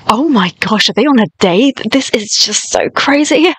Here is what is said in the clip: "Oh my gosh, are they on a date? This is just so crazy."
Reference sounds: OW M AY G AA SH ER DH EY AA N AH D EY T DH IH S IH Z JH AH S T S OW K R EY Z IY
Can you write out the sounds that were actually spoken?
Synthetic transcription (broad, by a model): OW M AY G AA SH ER DH EY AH N AH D EY DH IH S IH Z JH AH S T S OW K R EY Z IY